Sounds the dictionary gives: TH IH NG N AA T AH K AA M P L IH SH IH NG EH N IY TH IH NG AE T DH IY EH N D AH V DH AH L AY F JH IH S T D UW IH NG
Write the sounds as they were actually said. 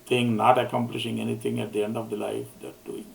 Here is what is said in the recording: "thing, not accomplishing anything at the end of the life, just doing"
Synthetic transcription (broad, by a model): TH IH NG N AA T AH K AA M P L IH SH IH NG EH N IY T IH NG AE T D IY EH N D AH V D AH L AY F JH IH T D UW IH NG